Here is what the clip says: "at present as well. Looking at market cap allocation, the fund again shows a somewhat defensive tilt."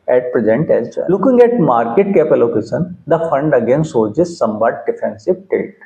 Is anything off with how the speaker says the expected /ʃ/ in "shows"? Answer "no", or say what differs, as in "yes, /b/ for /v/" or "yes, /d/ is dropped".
yes, /s/ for /ʃ/